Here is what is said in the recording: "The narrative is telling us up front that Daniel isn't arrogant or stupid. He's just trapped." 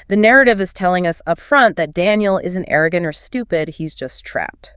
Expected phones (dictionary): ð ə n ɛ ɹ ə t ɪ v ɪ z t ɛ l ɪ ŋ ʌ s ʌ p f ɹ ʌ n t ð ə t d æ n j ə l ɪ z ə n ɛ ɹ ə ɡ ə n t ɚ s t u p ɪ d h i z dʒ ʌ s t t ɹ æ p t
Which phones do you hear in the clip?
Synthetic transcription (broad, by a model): ð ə n ɛ ɹ ə t ɪ v ɪ z t ɛ l ɪ ŋ ʌ s ʌ p f ɹ ʌ n ð ə t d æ n j l ɪ z n ɛ ɹ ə ɡ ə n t ɚ s t u p ɪ d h i z dʒ ʌ s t t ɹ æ p t